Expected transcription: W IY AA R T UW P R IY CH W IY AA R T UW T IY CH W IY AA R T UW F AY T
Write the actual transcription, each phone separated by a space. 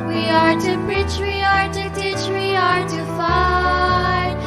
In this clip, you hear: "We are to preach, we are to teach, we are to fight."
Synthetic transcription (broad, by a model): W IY AA R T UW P IY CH W IY AA R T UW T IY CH W IY AA R T UW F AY